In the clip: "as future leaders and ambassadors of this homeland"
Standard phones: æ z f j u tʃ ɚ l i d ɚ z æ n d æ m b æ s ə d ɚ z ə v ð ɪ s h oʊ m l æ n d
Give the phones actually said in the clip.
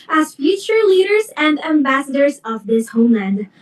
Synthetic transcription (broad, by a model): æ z f j u tʃ ɚ l i d ɚ z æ n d æ m b æ s ə d ɚ z ə v ð ɪ s h oʊ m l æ n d